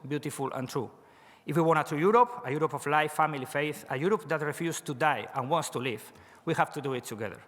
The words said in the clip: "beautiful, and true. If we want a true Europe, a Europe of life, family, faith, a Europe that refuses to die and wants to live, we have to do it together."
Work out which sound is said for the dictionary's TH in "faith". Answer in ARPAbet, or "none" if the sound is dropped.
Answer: TH